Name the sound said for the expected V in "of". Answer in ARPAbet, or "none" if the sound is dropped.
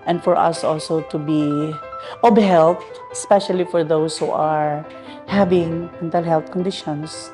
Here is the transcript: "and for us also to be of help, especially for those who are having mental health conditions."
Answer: B